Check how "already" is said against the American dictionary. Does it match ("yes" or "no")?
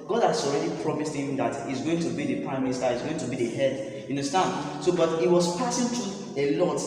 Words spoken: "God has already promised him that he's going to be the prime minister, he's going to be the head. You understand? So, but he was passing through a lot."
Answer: yes